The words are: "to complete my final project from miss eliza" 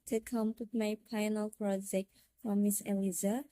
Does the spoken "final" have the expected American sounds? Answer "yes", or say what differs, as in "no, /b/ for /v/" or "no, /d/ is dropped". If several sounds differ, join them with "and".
no, /p/ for /f/